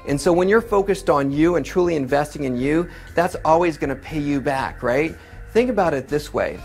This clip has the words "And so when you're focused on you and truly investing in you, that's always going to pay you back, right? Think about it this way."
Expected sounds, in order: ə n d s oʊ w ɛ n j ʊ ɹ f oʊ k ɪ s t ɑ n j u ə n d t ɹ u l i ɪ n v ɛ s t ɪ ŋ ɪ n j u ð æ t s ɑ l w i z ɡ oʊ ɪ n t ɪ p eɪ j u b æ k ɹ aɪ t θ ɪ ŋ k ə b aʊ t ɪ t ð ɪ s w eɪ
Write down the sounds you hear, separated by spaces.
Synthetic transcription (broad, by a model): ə n s oʊ w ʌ n j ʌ ɹ f oʊ k ɪ s t n j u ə n t ɹ u l i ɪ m v ɛ s t ɪ ŋ ɪ n j u ð æ t s ɑ l w i z ɡ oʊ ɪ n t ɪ p eɪ j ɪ b æ k ɹ aɪ t θ ɪ ŋ k ə b aʊ t ɪ t ð ɪ s w eɪ